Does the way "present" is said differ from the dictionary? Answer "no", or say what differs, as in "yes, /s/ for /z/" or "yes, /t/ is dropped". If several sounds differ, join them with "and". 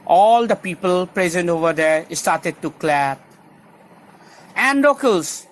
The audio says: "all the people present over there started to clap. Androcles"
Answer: no